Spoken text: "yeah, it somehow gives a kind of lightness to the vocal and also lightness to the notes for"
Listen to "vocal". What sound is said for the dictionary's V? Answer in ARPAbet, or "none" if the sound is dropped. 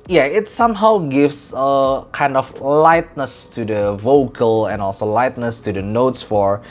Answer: V